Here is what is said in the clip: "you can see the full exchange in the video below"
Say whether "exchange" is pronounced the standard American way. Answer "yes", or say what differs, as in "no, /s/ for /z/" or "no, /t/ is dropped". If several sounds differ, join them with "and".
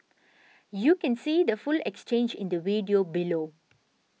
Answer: yes